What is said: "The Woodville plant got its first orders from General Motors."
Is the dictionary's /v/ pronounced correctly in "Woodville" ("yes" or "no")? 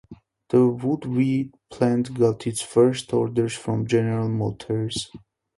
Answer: no